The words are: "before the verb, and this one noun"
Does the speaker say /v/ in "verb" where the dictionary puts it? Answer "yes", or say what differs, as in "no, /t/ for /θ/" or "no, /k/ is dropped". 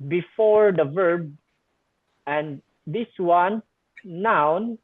yes